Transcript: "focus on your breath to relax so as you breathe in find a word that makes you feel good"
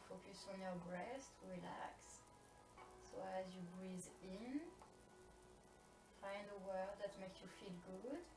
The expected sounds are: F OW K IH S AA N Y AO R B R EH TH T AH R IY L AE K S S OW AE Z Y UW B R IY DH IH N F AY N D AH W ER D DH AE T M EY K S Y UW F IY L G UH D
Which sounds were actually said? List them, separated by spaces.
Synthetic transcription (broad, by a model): F OW K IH S AA N Y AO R B R EH S T R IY L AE K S S OW AE Z Y UW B R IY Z IH N F AY N D AH W ER D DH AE T M EY K S Y UW F IY L G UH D